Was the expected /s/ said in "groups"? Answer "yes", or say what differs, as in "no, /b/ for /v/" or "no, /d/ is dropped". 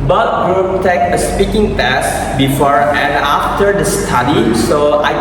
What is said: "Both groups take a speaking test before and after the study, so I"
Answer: no, /s/ is dropped